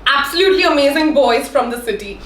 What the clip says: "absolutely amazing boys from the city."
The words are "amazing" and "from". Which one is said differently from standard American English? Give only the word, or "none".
none